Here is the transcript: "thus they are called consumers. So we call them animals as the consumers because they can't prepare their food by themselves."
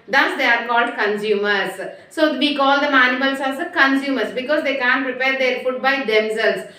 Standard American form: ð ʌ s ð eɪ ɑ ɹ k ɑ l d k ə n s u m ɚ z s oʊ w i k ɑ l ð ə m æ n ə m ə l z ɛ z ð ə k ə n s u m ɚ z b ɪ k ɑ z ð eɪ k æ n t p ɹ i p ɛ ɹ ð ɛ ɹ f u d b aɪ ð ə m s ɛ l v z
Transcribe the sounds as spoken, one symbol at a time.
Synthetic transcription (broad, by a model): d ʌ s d eɪ ɑ ɹ k ɑ l d k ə n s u m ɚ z s oʊ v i k ɑ l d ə m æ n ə ə l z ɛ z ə k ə n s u m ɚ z b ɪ k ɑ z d eɪ k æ n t p ɹ i p ɛ ɹ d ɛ ɹ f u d b aɪ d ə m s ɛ l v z